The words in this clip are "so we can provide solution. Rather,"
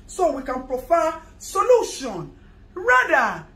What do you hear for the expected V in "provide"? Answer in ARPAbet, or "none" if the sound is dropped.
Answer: F